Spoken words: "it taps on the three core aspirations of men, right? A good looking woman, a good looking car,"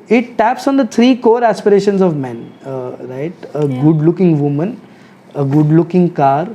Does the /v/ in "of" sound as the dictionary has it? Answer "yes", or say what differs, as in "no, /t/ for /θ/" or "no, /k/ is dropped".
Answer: yes